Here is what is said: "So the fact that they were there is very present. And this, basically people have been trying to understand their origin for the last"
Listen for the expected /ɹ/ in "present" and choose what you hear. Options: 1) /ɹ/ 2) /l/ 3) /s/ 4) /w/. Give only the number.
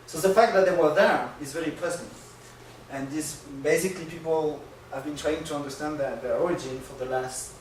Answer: 2